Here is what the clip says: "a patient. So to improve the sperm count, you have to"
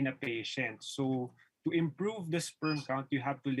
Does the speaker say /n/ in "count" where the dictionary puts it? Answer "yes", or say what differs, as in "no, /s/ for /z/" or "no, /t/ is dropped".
yes